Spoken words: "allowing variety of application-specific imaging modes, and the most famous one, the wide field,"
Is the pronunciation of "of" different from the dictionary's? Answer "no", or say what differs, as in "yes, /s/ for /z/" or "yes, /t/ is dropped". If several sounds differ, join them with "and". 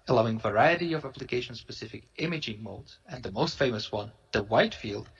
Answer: no